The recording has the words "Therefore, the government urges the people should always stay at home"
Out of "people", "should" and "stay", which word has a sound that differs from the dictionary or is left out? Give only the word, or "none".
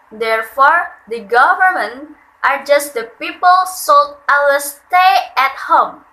should